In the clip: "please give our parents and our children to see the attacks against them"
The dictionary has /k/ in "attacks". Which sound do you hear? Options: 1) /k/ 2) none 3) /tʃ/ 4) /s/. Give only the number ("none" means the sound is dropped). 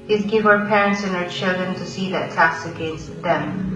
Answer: 2